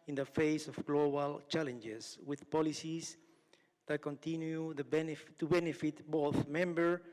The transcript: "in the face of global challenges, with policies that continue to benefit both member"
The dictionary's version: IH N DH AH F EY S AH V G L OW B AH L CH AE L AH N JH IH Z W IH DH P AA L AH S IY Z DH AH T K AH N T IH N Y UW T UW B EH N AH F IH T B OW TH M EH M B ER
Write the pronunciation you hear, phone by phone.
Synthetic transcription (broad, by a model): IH N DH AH F EY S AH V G L OW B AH L CH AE L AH N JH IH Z W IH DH P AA L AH S IY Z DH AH T K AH N T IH N Y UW T UW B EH N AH F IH T B OW TH M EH M B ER